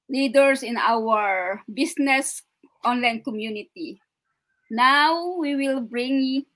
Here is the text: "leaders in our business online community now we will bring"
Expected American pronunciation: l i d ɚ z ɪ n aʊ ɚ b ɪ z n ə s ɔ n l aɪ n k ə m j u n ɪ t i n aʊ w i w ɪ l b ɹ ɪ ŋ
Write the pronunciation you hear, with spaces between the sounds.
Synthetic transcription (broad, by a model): l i d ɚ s ɪ n aʊ ɚ b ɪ s n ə s ɔ n l aɪ n k ə m j u n ɪ t i n aʊ w i w ɪ l b ɹ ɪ ŋ